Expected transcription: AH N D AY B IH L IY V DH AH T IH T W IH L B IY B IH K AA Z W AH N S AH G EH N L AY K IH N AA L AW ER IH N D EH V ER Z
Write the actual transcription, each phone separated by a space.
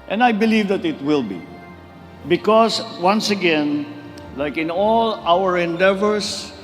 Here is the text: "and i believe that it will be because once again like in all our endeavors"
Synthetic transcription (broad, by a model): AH N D AY B IH L IY V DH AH T IH T W IH L B IY B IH K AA S W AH N S AH G EH N L AY K IH N AA L AW ER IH N D EH V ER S